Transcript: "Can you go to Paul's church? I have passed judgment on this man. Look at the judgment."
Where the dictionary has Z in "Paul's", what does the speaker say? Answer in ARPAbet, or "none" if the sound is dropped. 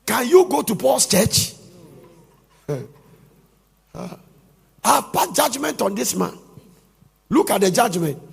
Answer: S